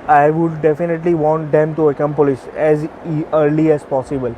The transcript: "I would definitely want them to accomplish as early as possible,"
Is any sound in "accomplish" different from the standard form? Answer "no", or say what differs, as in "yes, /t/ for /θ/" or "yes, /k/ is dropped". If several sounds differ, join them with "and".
yes, /s/ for /ʃ/